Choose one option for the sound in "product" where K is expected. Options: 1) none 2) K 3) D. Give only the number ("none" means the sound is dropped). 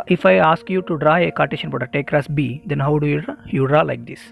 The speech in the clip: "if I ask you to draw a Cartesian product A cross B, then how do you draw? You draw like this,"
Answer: 1